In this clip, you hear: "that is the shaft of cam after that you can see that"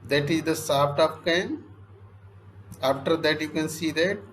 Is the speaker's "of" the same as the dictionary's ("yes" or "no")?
no